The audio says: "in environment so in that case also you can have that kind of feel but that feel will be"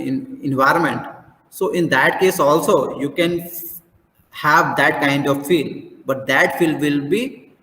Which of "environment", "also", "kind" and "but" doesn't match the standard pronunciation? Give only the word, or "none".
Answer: none